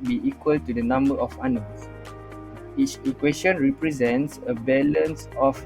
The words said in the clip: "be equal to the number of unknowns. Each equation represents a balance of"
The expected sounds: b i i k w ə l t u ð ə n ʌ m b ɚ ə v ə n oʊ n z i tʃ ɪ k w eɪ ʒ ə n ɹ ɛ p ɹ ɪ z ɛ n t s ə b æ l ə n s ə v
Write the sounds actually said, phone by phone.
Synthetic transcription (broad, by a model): b i i k w ə l t u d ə n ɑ m b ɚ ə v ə n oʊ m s i tʃ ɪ k w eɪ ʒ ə n ɹ ɛ p ɹ ɪ z ɛ n t s ə b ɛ l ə n s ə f